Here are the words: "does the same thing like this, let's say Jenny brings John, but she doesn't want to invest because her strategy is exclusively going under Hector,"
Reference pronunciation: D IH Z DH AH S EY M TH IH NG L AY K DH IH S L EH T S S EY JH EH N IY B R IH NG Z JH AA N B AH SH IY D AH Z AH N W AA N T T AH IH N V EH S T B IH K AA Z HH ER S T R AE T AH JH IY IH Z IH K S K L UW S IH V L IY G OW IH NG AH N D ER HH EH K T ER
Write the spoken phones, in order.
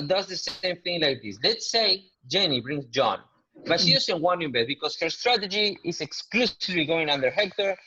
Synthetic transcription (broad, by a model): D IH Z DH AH S EY M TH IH NG L AY K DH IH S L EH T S S EY JH EH N IY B R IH NG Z JH AA N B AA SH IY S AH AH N W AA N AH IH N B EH T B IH K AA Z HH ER S T R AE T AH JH IY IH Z IH K S K L UW S IH V L IY G OW IH NG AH N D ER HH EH K T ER